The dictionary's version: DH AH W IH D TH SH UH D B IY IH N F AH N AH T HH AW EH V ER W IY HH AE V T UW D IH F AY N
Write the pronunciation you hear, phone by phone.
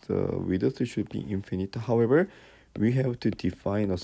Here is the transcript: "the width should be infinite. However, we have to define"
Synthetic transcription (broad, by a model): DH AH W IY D S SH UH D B IY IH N F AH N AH T HH AW EH V ER W IY HH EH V T UW D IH F AY N